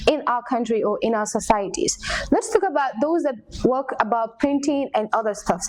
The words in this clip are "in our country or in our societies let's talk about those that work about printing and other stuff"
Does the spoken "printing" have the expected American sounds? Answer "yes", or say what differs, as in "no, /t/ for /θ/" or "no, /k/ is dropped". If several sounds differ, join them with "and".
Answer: yes